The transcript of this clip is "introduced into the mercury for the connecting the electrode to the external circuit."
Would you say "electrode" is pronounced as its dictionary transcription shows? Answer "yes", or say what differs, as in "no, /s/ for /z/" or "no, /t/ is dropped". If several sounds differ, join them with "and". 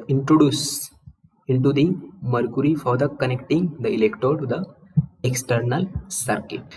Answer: no, /ɹ/ is dropped